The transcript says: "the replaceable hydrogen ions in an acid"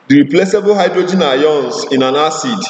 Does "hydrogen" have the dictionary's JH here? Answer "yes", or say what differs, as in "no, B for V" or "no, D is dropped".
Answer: yes